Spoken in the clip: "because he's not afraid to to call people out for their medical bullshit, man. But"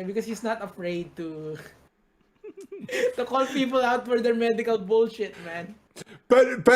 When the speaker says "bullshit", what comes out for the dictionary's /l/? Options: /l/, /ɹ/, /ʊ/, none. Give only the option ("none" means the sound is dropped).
/l/